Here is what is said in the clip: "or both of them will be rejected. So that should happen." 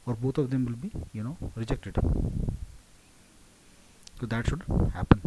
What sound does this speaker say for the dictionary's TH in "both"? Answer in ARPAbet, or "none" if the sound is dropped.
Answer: T